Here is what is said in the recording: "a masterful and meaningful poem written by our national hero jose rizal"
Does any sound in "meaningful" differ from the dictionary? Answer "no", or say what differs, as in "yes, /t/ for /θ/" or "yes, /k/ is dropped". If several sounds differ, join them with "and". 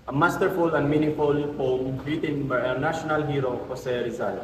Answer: yes, /ŋ/ is dropped